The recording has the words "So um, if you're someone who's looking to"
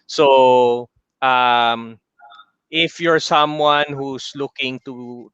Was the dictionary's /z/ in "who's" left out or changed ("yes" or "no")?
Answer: yes